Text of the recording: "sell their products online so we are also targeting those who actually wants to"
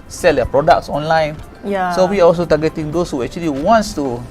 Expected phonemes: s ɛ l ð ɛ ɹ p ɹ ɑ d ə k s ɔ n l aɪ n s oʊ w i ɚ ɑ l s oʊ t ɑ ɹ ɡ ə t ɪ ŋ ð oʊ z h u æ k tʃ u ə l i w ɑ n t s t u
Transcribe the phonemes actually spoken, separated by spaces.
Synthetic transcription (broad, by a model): s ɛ l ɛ p ɹ ɑ d ə k s ɔ n l aɪ n s oʊ w i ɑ ɑ l s oʊ t ɑ ɡ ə t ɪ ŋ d oʊ s h u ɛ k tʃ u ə l i w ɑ n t s t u